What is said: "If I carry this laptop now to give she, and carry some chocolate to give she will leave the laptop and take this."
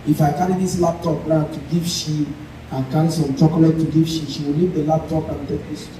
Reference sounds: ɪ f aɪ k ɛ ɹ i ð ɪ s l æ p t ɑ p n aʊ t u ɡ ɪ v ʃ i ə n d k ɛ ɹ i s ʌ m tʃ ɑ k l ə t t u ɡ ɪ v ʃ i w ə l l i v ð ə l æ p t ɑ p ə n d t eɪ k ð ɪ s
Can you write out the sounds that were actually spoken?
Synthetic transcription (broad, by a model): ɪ f aɪ k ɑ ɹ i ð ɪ s l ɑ p t ɑ p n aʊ t u ɡ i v ʃ i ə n k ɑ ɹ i s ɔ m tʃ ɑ k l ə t t u ɡ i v ʃ i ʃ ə w l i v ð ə l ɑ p t ɑ p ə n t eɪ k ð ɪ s